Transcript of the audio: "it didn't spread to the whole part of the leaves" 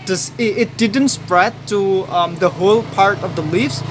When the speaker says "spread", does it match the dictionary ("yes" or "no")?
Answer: yes